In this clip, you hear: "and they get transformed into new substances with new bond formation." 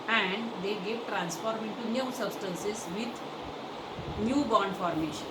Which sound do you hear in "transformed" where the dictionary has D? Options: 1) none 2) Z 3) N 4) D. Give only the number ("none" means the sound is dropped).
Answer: 1